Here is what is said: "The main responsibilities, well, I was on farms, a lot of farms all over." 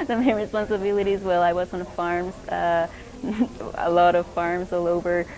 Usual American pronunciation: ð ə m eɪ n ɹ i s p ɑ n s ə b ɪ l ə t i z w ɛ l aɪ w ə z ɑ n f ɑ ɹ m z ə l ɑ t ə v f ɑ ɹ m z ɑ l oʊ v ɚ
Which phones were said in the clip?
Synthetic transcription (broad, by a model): ð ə m eɪ n ɹ i s p ɑ n s ə b ɪ l ə t i z w ɛ l aɪ w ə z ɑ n f ɑ ɹ m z ə l ɑ t ə v f ɑ ɹ m z ɑ l oʊ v ɚ